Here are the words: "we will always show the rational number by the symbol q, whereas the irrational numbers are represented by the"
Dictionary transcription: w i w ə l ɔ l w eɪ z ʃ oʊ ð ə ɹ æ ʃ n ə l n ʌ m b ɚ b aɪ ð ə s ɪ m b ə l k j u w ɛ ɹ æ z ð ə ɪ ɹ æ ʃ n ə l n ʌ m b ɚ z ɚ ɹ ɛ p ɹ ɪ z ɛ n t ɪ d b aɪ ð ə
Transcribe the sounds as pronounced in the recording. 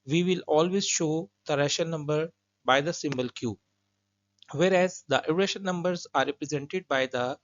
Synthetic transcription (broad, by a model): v i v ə l ɔ l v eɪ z ʃ oʊ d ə ɹ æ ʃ ə n ʌ m b ɚ b aɪ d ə s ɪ m b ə l k j u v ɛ ɹ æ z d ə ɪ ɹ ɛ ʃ ə n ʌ m b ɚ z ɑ ɹ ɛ p ɹ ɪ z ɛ n t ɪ d b aɪ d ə